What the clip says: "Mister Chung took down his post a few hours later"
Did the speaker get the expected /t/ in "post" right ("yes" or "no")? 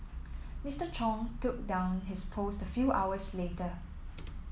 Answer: yes